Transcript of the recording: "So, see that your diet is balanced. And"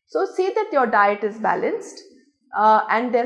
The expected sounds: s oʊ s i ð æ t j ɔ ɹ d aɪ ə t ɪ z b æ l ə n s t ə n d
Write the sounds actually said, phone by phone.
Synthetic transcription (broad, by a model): s oʊ s i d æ t j ɔ ɹ d aɪ ə t ɪ z b æ l ə n s t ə n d